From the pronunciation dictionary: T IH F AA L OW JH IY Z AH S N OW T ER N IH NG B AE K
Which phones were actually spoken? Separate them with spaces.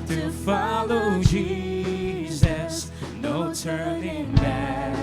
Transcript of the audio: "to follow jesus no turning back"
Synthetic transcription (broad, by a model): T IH F AA L OW JH IY Z AH S N OW T ER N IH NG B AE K